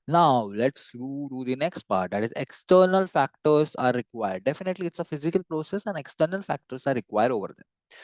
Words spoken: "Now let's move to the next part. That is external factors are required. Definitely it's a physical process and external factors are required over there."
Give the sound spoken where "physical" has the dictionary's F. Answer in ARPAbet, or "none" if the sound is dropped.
F